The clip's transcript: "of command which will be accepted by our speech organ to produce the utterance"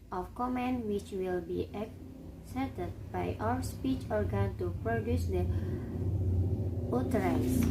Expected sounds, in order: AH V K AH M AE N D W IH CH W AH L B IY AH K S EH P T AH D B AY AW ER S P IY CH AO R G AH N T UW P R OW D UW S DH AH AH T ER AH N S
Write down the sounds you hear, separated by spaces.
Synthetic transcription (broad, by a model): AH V K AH M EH N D W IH CH W AH L B IY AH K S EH T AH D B AY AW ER S P IY CH AO R G AH N T UW P R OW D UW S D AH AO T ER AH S